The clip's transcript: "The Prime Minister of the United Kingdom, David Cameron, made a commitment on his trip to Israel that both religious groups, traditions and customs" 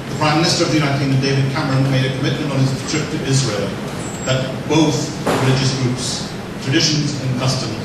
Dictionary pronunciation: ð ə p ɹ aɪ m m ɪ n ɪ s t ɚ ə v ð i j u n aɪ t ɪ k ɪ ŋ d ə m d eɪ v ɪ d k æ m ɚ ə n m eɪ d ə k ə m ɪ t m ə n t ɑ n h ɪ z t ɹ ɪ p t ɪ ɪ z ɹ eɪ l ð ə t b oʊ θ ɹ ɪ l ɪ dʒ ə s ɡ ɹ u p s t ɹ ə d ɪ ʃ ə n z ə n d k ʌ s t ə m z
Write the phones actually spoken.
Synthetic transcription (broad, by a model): ð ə p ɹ aɪ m m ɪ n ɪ s t ɚ ə v ð i j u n aɪ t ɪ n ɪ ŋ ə d eɪ v ɪ d k æ m ɚ ə n m eɪ d ə k ə m ɪ t m ə n t n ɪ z t ɹ ɪ p t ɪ ɪ z ɹ eɪ l ð ə t b oʊ θ ɹ ɪ l ɪ dʒ ə s ɡ ɹ u p s t ɹ ə d ɪ ʃ ə n z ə n k ʌ s t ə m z